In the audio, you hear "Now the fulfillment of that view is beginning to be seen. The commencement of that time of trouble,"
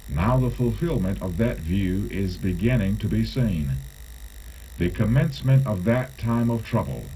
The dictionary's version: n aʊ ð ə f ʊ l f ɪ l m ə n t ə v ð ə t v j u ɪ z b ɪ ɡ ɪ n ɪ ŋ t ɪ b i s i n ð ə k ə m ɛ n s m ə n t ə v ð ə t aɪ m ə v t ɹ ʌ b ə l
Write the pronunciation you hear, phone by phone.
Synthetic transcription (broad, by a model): n aʊ ð ə f ʊ l f ɪ l m ə n t ə v ð ə t v j u ɪ z b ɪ ɡ ɪ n ɪ ŋ t ɪ b i s i n ð ə k ə m ɛ n s m ə n t ə v ð ə t aɪ m ə v t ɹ ʌ b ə l